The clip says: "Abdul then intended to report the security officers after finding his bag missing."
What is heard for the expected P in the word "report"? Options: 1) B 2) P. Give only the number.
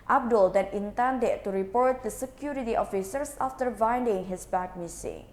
2